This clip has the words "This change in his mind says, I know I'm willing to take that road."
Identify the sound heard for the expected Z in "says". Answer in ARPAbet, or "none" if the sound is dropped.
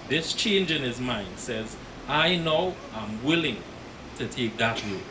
Z